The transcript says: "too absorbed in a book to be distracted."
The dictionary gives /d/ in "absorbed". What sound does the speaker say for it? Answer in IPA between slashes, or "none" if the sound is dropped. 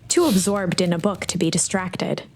/d/